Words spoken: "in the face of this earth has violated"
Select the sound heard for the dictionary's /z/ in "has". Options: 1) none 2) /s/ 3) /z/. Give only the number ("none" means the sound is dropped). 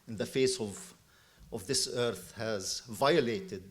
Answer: 3